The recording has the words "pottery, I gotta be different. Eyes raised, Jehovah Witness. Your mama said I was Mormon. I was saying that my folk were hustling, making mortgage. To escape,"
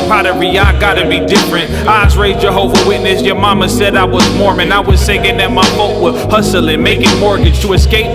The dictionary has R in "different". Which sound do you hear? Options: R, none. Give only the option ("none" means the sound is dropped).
R